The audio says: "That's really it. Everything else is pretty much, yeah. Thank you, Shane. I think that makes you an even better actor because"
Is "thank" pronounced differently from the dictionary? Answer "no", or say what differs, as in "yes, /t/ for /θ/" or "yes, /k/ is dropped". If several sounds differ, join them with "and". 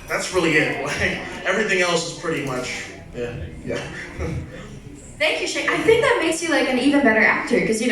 no